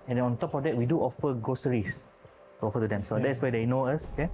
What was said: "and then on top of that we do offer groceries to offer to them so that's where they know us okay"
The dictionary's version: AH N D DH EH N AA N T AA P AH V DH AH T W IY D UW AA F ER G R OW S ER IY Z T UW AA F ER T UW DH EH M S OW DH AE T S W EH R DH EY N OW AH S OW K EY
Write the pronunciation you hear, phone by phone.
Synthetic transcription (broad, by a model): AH N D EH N AA N T AA P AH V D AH T W IY D UW AA F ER G OW S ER IY S T UW AA F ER T UW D EH M S OW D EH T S W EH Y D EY N OW AH S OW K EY